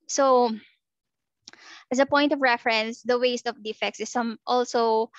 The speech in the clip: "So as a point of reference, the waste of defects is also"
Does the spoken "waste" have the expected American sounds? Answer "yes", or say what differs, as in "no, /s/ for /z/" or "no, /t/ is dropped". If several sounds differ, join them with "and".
yes